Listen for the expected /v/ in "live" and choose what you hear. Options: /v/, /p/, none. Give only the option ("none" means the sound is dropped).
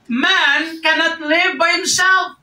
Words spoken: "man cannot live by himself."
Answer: /v/